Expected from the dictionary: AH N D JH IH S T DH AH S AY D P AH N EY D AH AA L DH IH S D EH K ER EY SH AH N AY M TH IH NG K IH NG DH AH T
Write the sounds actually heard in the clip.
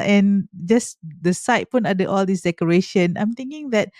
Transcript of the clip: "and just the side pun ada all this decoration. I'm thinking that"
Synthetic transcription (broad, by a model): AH N JH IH S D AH S AY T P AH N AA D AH AA L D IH S D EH K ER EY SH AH N AY M T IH NG K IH NG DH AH T